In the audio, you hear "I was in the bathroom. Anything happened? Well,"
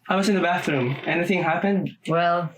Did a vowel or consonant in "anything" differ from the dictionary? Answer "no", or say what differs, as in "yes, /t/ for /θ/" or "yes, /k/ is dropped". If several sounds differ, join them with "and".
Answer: no